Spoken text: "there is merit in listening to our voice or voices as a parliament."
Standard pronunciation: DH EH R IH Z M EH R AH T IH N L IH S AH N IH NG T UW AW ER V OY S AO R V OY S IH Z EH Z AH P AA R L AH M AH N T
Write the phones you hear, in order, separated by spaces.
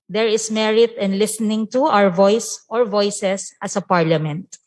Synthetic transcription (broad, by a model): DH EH R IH S M EH R AH T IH N L IH S AH N IH NG T UW AW ER V OY S AO R V OY S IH S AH S AH P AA R L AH M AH N T